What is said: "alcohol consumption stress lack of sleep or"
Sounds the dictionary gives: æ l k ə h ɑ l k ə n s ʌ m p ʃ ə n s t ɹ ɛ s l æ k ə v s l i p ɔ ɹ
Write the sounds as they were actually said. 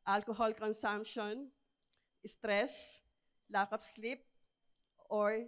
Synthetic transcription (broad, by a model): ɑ l k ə h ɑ l k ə n s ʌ m p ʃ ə n s t ɹ ɛ s l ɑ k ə p s l i p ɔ ɹ